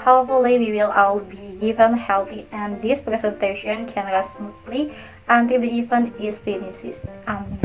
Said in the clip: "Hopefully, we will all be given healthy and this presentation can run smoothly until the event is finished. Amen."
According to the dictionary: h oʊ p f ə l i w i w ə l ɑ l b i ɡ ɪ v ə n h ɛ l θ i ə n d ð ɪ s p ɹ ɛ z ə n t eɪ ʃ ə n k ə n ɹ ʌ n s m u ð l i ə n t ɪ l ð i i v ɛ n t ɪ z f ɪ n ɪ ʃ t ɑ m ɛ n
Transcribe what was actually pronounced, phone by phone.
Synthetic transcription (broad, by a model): h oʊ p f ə l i w i w ə l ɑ w b i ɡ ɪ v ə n h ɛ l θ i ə n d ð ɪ s p ɹ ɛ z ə n t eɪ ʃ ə n k ə n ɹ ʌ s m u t l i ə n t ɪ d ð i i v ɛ n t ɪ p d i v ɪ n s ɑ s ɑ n